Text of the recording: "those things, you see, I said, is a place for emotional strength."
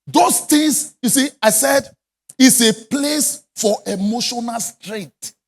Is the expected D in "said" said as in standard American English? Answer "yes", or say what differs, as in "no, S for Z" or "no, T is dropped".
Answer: yes